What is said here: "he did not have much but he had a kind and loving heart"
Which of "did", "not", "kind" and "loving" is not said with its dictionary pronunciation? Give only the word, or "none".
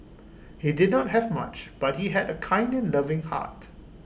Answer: none